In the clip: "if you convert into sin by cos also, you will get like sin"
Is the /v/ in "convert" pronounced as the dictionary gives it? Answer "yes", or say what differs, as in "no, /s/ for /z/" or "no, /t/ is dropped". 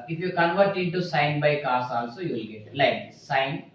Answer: yes